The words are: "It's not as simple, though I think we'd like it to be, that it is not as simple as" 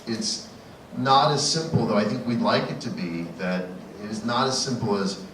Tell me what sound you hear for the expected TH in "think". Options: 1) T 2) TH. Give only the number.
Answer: 2